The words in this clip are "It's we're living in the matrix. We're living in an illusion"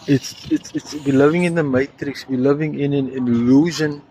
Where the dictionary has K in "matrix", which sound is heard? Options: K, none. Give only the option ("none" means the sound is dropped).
K